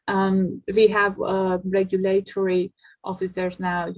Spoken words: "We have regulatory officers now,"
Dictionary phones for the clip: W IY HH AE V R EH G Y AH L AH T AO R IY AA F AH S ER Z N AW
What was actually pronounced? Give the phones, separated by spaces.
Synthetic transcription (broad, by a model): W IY HH AE V R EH G Y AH L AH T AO R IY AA F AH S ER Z N AW